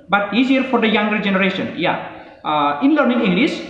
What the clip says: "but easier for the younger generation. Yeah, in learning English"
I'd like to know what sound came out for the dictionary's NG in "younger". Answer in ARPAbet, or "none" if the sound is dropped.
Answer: NG